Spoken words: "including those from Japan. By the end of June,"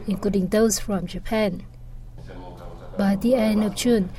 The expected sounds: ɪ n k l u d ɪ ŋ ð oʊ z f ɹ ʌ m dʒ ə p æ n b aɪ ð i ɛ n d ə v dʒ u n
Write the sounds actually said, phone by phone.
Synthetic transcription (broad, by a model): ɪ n k l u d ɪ ŋ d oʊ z f ɹ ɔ m dʒ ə p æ n b aɪ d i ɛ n ə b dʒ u n